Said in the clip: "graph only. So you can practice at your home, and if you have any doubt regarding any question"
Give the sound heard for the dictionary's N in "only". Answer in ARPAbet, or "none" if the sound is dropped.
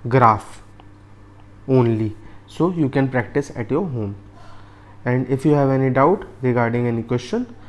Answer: N